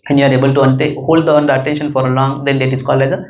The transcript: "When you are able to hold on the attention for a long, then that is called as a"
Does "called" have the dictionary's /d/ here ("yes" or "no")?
no